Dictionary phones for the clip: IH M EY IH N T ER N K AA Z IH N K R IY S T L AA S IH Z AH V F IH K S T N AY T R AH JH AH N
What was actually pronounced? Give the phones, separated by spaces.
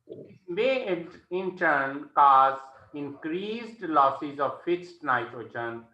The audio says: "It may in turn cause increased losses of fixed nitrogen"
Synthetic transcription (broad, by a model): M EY IH N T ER N K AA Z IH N K R IY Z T L AA S IH Z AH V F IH S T N AY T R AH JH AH N